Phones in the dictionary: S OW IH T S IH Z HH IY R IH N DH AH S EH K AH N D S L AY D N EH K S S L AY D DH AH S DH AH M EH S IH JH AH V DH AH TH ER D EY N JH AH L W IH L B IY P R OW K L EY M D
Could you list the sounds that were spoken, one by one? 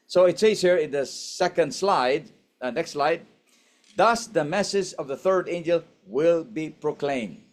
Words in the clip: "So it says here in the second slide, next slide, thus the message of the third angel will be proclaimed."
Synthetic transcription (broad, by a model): S OW IH T S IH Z HH IY R IH N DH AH S EH K AH N D S L AY D N EH K S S L AY D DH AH S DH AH M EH S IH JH AH V DH AH TH ER D EY N JH AH L W IH L B IY P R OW K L EY M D